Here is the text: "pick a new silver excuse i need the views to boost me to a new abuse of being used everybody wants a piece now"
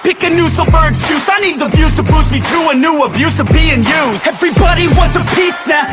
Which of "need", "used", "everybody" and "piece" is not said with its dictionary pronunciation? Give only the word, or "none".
used